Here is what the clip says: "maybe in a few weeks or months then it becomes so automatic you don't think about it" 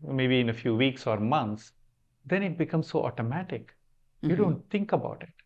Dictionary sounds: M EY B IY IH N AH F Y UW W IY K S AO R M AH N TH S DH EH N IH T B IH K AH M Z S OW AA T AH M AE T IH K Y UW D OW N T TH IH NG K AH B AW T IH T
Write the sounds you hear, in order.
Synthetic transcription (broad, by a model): M EY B IY IH N AH F Y UW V IY K S AO R M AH N T S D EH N IH T B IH K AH M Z S OW AA T AH M AE T IH K Y UW D OW N T T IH NG K AH B AW T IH T